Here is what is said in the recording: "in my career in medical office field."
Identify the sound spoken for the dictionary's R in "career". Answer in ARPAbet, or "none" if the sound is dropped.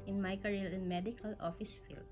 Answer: L